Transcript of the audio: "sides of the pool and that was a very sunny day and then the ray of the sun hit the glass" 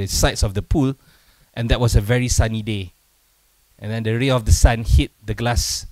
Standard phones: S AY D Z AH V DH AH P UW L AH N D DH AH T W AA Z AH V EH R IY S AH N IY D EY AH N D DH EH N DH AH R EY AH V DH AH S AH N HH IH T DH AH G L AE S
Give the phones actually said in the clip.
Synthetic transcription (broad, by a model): S AY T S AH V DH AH P UW L AH N D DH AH T W AA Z AH V EH R IY S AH N IY D EY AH N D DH EH N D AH R EY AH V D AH S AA N HH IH T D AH G L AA S